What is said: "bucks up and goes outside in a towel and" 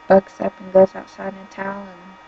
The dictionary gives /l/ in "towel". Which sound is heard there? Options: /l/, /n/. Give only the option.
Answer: /n/